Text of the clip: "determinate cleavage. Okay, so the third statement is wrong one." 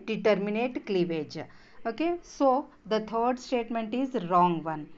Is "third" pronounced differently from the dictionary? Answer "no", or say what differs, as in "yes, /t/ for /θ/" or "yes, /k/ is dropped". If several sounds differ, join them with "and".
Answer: yes, /t/ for /θ/